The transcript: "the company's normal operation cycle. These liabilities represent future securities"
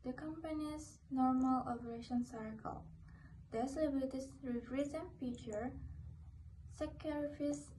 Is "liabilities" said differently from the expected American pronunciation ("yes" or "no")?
yes